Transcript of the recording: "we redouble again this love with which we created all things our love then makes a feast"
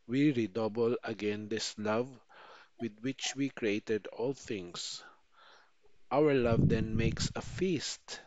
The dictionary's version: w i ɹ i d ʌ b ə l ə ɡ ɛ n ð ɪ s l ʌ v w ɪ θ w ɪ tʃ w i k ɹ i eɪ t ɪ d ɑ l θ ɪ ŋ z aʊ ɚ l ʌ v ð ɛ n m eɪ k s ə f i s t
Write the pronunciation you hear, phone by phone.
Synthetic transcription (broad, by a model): w i ɹ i d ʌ b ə l ə ɡ ɛ n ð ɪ s l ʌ v w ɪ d w ɪ tʃ w i k ɹ i eɪ t ɪ d ɑ l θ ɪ ŋ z aʊ ɚ l ʌ v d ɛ n m eɪ k s ə f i s t